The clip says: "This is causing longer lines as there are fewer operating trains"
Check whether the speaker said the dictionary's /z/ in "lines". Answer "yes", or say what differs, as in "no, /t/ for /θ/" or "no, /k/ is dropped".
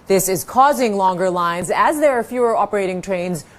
yes